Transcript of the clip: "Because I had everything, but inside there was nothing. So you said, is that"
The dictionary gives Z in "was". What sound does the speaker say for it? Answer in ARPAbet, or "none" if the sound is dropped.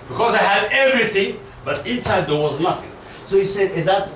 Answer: Z